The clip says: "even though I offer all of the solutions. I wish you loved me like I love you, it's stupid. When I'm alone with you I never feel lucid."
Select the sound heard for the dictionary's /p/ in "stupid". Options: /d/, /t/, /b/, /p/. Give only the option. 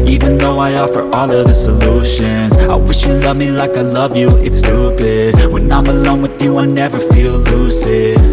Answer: /b/